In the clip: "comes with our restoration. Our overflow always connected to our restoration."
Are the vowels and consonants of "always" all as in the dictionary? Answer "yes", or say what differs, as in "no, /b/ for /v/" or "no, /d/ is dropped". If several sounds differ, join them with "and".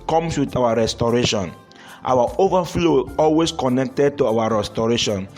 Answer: no, /s/ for /z/